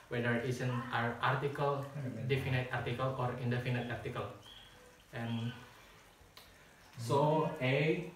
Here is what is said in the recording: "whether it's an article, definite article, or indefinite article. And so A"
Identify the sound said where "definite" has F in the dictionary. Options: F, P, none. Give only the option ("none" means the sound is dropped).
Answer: F